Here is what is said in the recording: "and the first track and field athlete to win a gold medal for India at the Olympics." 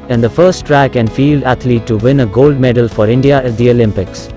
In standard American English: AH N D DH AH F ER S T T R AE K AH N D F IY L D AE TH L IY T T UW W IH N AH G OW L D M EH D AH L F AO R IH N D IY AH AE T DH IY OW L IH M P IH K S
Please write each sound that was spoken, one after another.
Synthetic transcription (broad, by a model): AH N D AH F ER S T T R AE K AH N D F IY L D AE T L IY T T UW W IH N AH G OW L D M EH D AH L F AO R IH N D IY AH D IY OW L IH M P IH K S